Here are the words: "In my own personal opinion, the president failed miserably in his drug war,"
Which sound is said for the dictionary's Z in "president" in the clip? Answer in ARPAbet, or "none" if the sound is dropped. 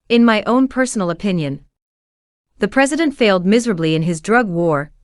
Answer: Z